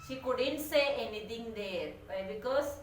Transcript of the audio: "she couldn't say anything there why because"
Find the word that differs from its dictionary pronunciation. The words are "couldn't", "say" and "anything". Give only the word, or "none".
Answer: anything